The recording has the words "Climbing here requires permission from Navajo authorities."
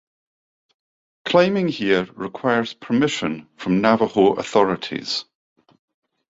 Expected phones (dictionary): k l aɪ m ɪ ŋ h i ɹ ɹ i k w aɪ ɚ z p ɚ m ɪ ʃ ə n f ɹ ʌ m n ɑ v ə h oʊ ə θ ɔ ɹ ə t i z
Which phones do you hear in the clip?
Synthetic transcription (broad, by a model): k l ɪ m ɪ ŋ h i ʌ ɹ i k w aɪ ɚ z p ɚ m ɪ ʃ ə n f ɹ ʌ m n ɑ v ə h oʊ ə θ ɔ ɹ ə t i z